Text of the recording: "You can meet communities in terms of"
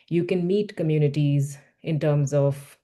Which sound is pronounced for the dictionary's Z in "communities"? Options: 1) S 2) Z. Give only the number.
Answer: 2